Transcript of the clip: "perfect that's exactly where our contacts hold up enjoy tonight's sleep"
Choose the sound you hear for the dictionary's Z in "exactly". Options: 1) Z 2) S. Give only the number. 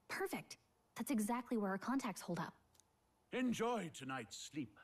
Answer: 1